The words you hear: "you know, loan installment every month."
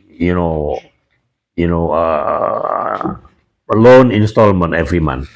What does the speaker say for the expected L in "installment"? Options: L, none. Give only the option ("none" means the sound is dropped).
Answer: L